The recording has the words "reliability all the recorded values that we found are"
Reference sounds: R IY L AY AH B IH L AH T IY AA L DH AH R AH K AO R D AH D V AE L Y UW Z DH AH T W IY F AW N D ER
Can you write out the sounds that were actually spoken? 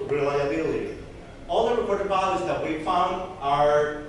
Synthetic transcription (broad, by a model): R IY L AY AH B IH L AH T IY AA L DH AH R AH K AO R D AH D B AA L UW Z DH AH T W IY F AW N D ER